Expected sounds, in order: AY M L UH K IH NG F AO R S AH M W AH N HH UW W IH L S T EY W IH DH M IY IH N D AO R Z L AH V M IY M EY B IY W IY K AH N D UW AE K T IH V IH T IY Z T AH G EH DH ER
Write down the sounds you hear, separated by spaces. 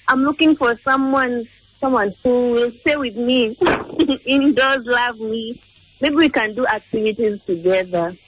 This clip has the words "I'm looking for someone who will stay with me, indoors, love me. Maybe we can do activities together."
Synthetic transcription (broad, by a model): AY M L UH K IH NG F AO W S AH M W AH N HH UW W IH L S T EY W IH DH M IY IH N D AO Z L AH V M IY M EY B IY W IY K AH N D UW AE K T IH V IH T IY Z T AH G EH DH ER